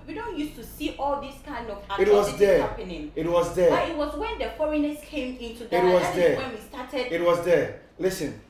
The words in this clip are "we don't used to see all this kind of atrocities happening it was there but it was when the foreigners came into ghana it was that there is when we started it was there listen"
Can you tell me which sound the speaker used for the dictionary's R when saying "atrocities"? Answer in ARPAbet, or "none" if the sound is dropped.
W